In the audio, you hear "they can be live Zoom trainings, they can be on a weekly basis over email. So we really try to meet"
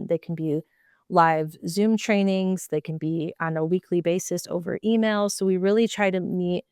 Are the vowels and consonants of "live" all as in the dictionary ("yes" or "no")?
yes